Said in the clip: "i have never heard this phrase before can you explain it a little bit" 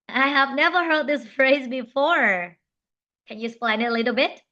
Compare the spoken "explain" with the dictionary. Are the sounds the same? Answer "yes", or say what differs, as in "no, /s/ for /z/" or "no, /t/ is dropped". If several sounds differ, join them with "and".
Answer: no, /k/ is dropped